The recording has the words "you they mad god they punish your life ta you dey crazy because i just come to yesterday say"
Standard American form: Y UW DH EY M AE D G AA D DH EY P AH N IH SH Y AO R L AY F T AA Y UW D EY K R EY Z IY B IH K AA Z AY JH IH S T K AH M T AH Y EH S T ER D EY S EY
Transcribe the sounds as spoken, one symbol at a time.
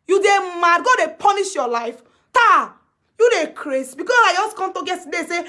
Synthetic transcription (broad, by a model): Y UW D EY M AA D G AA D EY P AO N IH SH Y AO L AY F T AA Y UW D EY K R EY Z B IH K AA S AY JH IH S K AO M T AH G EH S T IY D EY S EY